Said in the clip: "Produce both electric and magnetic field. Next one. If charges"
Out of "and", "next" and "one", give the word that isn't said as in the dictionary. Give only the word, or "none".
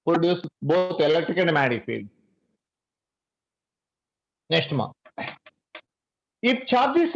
one